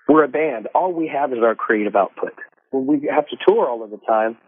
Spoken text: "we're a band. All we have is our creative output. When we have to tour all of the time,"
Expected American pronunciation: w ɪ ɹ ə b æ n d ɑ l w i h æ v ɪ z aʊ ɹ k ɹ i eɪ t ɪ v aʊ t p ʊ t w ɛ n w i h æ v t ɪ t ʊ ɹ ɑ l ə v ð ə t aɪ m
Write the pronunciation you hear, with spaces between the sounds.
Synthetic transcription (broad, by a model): w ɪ ɹ ə b æ n d ɑ l w i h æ v ɪ z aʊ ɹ k ɹ i eɪ t ɪ v aʊ t p ʊ t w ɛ l w i h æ f t ɪ t ʊ ɹ ɑ l ə v ð ə t aɪ m